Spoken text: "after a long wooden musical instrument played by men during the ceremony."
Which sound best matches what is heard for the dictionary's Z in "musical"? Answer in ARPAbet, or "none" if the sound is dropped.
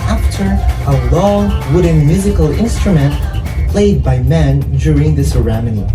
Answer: Z